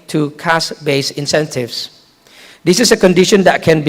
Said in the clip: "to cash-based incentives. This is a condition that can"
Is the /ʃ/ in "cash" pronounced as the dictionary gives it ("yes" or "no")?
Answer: no